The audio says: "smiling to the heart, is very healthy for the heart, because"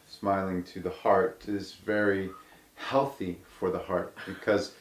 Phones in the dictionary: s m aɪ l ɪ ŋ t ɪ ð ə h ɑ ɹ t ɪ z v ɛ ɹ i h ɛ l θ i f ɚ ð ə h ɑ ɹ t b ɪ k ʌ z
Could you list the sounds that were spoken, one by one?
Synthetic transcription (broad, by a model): s m aɪ l ɪ ŋ t ɪ ð ə h ɑ ɹ t ɪ z v ɛ ɹ i h ɛ l θ i f ɚ ð ə h ɑ ɹ t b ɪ k ʌ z